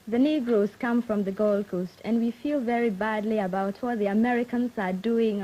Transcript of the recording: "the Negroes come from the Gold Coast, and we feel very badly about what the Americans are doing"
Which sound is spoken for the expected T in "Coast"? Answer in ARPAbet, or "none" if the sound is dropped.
T